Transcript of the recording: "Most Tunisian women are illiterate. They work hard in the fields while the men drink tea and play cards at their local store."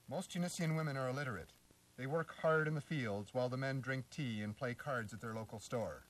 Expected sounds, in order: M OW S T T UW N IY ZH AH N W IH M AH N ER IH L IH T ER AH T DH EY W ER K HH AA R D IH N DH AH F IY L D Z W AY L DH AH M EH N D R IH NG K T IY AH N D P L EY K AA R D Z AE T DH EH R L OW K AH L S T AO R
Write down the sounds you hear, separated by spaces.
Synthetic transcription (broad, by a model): M OW S T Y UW N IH S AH N W IH M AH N ER IH L IH T ER AH T DH EY W ER K HH AA R D IH N DH AH F IY L D Z W AY L DH AH M EH N D R IH NG K T IY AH N P L EY K AA R D Z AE T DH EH R L OW K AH L S T AO R